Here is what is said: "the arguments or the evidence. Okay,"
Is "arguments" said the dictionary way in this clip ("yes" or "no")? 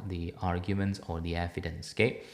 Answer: yes